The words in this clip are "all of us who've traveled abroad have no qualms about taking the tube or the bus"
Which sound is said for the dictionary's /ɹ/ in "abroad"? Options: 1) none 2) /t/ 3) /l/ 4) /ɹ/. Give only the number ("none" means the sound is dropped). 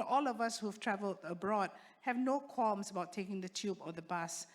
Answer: 4